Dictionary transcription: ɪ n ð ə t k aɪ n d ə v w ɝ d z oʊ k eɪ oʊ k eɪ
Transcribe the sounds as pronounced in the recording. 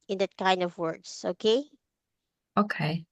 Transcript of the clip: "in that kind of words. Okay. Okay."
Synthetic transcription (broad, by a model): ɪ n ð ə t k aɪ n d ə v w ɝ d s oʊ k eɪ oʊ k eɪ